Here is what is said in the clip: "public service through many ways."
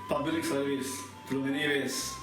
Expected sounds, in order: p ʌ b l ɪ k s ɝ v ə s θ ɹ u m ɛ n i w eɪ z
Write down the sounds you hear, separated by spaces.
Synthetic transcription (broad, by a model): p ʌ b l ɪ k s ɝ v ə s t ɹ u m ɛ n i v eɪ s